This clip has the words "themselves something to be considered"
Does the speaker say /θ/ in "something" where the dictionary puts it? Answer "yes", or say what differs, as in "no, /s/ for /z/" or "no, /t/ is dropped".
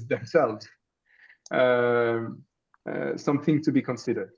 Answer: yes